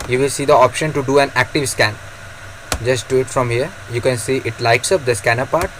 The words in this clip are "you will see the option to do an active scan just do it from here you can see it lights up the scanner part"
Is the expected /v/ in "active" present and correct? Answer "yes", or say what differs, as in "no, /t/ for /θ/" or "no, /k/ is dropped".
yes